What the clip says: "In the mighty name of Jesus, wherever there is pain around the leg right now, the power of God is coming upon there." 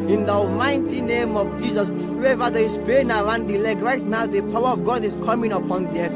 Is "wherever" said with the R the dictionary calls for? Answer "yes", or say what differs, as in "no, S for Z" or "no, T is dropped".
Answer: no, W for R